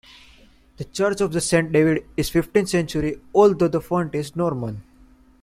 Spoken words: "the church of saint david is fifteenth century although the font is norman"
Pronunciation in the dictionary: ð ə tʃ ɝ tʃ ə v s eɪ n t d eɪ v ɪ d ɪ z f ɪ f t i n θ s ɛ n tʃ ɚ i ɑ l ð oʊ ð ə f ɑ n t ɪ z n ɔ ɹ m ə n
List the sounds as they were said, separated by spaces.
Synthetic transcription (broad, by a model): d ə tʃ ɝ tʃ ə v s eɪ n t d eɪ v ɪ d ɪ z f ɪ f t i n s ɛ n tʃ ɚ i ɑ l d oʊ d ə f ɑ n t ɪ z n ɔ ɹ m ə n